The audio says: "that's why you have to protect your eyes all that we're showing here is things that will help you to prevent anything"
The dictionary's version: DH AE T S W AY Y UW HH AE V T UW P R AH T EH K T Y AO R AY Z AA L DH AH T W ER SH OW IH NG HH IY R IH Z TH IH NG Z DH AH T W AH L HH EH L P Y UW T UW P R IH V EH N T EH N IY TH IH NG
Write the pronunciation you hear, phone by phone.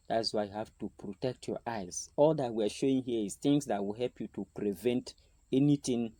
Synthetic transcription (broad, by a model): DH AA T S W AY Y UW HH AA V T UW P R AH T EH K T Y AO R AY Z AA L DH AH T W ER SH OW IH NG HH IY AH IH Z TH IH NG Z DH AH T W AH L HH EH L P Y UW T UW P R IH V EH N T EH N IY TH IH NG